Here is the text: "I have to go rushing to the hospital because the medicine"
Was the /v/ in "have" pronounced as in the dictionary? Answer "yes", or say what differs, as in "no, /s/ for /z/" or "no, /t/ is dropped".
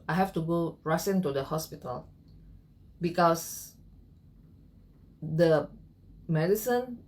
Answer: no, /f/ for /v/